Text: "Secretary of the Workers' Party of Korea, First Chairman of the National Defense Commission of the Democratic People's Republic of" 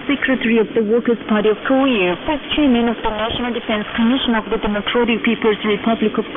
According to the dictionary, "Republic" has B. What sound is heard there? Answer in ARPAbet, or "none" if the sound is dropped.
B